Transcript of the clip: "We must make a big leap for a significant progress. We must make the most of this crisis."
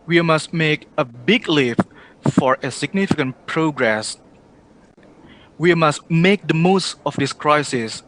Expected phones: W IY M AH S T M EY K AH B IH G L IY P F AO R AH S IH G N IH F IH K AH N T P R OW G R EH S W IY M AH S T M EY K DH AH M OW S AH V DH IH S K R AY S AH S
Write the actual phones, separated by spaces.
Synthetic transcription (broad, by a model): W IY M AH S T M EY K AH B IH G L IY F F AO R AH S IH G N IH F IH K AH N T P R OW G R EH S W IY M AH S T M EY K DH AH M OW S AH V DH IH S K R AY S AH S